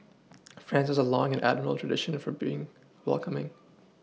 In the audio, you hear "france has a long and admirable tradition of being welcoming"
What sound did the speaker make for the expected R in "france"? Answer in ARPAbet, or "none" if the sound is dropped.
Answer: R